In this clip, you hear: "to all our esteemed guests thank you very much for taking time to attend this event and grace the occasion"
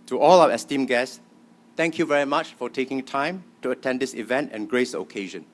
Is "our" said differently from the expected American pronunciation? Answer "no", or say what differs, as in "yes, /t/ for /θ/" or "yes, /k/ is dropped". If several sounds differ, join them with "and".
yes, /w/ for /ɹ/